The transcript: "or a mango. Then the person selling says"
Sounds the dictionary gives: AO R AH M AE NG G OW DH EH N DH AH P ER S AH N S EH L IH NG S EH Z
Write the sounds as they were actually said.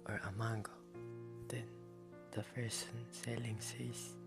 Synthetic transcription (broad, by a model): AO R AH M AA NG G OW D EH N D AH F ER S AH N S EH L IH NG S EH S